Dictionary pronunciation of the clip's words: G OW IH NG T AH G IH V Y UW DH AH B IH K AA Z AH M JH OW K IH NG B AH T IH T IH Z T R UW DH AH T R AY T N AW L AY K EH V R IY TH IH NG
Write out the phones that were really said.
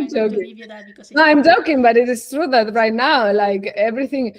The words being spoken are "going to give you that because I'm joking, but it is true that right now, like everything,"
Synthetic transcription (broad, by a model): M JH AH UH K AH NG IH AA AH M JH OW K IH NG B AH T IH T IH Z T R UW DH AH T R AY T N AW L AY K EH V R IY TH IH NG